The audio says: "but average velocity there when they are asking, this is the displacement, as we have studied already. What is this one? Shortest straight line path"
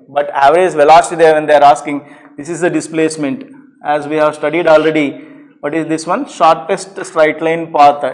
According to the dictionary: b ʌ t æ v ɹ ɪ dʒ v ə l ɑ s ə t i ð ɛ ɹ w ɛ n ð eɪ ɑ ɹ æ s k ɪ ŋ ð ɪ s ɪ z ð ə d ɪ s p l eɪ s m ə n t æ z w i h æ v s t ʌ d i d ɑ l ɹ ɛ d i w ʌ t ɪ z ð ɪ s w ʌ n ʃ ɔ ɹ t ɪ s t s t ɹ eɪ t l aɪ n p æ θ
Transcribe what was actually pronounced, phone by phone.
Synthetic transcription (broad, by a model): b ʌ t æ v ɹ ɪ z v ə l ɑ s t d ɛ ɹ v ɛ n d eɪ ɑ ɹ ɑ s k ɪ ŋ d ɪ s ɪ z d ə d ɪ s p l eɪ s m ə n t æ z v i h æ v s t ʌ d i d ɑ l ɹ ɛ d i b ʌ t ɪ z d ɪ s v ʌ n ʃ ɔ ɹ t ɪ s t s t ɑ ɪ t l aɪ n p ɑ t